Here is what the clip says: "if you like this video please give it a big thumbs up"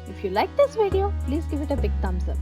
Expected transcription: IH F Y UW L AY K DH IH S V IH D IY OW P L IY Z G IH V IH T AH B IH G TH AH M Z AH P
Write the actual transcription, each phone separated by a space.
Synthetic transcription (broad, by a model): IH F Y UW L AY K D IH S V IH D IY OW P L IY Z G IH V IH T AH B IH G T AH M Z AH